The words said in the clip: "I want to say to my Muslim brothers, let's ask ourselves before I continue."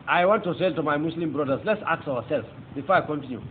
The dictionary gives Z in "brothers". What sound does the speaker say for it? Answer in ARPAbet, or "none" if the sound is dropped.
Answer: S